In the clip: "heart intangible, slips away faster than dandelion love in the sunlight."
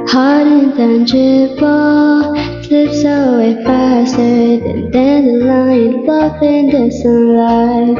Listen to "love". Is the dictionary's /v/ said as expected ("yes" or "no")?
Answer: no